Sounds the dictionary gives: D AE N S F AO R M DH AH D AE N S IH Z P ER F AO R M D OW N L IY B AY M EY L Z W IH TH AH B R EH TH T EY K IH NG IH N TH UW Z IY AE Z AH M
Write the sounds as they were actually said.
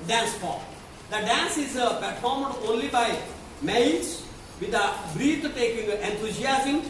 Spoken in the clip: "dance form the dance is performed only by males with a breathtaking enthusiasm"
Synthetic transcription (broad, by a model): D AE N S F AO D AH D AE N S IH Z P ER F AO R M D OW N L IY B AY M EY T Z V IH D AH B R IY T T EY K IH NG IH N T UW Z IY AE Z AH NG